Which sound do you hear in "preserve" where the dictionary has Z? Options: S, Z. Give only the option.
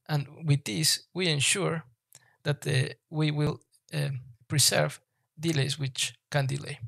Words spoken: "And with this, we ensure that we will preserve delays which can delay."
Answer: S